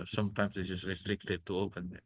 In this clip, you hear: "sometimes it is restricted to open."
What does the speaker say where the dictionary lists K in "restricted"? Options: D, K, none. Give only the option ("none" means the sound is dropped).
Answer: K